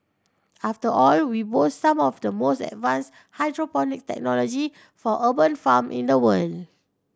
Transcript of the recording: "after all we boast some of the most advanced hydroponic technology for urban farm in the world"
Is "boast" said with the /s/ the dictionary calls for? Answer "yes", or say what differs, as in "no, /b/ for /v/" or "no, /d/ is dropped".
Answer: no, /s/ is dropped